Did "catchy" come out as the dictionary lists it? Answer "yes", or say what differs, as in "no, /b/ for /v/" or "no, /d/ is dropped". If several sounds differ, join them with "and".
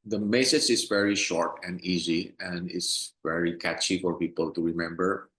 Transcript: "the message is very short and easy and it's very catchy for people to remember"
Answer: yes